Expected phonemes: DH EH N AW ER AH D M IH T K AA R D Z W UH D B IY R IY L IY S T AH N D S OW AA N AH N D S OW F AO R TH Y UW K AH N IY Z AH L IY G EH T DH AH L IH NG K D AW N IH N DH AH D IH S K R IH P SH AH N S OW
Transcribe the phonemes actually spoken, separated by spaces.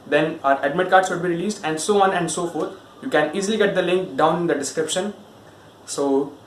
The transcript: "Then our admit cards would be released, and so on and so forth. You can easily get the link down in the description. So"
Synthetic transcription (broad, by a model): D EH N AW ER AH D M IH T K AA R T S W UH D B IY R IY L IY S T AH N D S OW AA N AH N D S OW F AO R T Y UW K AH N IY Z AH L IY G EH T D AH L IH NG K D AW IH N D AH D IH S K R IH P SH AH N S OW